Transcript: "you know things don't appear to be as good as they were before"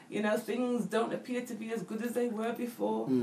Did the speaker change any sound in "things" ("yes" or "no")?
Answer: no